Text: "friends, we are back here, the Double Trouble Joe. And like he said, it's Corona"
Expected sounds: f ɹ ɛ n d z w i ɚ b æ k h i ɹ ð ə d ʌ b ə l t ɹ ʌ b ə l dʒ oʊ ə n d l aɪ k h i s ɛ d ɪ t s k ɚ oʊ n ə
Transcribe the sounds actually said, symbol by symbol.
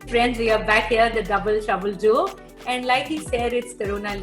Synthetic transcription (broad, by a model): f ɹ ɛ n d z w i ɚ b æ k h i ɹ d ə d ʌ b ə l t ʌ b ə l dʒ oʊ ə n d l aɪ k h i s ɛ d ɪ t s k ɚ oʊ n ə